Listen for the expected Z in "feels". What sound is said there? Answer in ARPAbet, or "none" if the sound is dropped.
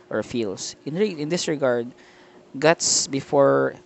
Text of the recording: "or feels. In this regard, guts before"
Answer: S